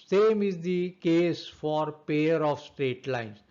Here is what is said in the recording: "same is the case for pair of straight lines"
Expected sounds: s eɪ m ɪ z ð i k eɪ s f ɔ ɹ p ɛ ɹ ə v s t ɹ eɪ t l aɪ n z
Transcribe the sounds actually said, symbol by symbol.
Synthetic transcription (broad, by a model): s eɪ m ɪ z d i k eɪ s f ɔ ɹ p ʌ ɹ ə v s t ɹ eɪ t l aɪ n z